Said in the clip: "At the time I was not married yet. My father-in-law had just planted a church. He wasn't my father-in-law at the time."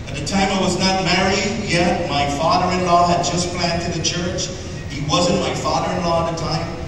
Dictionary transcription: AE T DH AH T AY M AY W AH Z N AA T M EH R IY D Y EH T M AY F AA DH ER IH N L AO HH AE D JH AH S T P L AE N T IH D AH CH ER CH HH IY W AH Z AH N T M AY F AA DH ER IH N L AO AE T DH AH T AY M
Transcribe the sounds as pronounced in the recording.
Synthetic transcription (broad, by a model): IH T DH AH T AY M AY W AH Z N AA T M EH R IY D Y EH T M AY F AA DH ER IH N L AO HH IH D JH AH S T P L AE N T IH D AH CH ER CH HH IY W AH Z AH N M AY F AA DH ER IH N L AO DH AH T AY M